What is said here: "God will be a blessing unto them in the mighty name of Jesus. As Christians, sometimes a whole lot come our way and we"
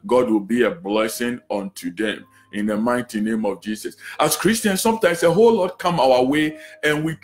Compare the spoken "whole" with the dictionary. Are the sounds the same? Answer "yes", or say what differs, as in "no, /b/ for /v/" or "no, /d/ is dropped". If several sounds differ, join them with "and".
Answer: yes